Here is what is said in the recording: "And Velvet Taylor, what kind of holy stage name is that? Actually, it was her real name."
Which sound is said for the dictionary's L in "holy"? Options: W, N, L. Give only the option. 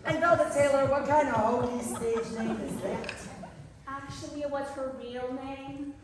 N